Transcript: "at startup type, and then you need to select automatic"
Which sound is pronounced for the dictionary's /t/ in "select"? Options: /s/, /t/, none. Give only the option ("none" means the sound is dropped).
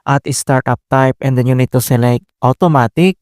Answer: /t/